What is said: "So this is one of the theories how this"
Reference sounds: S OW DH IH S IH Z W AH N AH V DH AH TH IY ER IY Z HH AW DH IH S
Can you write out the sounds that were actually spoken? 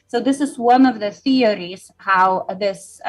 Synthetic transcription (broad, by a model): S OW DH IH S IH Z W AH N AH V DH AH TH IY ER IY Z HH AW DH IH S